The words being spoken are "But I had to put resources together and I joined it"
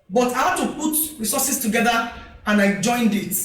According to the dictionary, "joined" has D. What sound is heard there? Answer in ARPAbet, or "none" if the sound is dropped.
D